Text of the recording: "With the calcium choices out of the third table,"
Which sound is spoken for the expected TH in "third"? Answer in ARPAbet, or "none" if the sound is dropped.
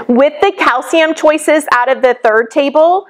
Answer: TH